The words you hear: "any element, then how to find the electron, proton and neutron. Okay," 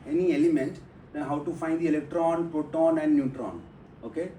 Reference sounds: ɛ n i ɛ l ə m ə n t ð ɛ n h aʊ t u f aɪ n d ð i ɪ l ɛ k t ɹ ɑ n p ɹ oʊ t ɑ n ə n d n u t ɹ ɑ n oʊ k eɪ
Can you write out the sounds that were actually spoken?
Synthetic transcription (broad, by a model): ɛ n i ɛ l ə m ə n t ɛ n h aʊ t u f aɪ n d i ɪ l ɛ k t ɹ ɑ n p ɹ oʊ t ɑ n ə n d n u t ɹ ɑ n oʊ k eɪ